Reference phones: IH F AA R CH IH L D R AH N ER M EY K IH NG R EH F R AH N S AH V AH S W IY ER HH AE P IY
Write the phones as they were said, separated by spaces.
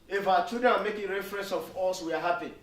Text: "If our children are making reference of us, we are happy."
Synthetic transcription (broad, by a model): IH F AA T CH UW D AH AA M EY K IH NG R EH F R AH N S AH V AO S W IY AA HH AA P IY